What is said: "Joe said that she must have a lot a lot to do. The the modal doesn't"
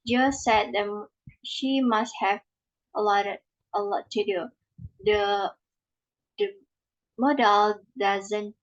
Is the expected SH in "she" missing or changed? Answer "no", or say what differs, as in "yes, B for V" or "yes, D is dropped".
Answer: no